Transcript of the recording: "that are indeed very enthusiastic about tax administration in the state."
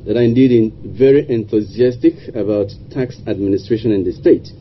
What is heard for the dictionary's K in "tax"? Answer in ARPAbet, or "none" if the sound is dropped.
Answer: K